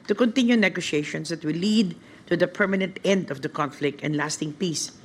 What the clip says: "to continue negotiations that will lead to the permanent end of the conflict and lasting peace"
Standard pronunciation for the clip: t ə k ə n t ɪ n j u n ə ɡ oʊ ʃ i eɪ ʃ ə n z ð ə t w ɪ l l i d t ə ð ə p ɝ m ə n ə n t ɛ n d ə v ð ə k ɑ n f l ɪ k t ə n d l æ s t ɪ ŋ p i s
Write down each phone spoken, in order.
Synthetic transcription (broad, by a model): t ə k ə n t ɪ n j u n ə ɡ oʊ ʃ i eɪ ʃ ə n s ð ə t w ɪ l l i d t ə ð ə p ɝ m ə n ə n t ɛ n d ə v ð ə k ɑ n f l ɪ k t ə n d l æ s t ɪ ŋ p i s